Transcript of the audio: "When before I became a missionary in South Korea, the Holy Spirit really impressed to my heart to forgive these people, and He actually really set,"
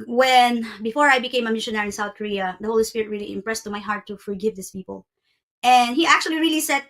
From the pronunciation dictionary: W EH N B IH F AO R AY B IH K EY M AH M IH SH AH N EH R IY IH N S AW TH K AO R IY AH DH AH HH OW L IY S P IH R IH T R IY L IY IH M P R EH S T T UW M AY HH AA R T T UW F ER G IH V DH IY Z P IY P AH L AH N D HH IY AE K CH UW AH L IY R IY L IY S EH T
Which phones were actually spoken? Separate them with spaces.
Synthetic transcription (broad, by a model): W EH N B IH F AO R AY B IH K EY M AH M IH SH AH N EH R IH N S AW TH K AO R IY AH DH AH HH OW L IY S P IH R IH T R IY L IY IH M P R EH S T T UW M AY HH AA R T T UW F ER G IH V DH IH S P IY P AH L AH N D HH IY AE K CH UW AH L IY R IY L IY S EH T